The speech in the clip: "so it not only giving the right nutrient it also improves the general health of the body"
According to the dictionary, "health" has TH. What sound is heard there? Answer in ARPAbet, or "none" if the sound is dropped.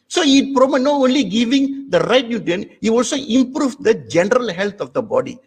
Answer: T